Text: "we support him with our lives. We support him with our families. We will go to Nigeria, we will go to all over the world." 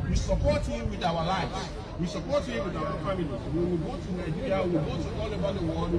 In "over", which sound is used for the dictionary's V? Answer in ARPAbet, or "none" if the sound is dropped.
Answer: B